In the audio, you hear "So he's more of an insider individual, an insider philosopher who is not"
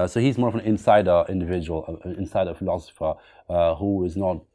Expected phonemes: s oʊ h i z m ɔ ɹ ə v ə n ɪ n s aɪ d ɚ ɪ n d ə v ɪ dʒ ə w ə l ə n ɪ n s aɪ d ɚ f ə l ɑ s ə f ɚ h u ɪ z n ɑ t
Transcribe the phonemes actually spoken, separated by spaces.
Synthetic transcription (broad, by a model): s oʊ h i z m ɔ ɹ ə v ə n ɪ n s aɪ d ɚ ɪ n d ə v ɪ dʒ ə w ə l ə n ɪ n s aɪ d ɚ f ə l ɑ s ə f ɚ h u ɪ z n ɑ t